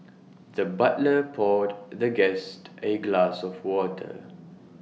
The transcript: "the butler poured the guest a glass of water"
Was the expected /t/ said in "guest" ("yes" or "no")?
yes